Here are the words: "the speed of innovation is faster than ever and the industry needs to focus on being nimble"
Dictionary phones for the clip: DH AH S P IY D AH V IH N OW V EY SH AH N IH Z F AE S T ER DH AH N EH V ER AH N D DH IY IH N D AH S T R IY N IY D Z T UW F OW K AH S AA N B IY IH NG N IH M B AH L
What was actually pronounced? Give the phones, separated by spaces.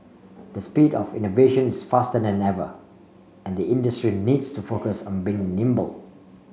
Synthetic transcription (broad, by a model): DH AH S P IY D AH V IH N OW V EY SH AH N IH S F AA S T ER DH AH N EH V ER AH N D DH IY IH N D AH S T R IY N IY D S T UW F OW K AH S AA N B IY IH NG N IH M B AH L